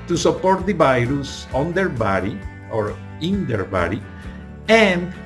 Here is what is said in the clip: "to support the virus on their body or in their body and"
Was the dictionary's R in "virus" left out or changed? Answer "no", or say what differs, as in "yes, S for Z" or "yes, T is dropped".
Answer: no